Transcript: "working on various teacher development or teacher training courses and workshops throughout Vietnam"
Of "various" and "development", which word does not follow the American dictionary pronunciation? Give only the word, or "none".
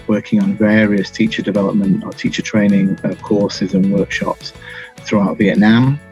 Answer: none